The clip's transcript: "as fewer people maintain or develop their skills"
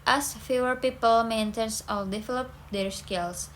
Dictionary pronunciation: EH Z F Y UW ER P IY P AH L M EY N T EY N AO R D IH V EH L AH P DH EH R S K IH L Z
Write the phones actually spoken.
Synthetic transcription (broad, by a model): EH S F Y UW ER P IY P AH L M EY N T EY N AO L D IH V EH L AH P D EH R S K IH L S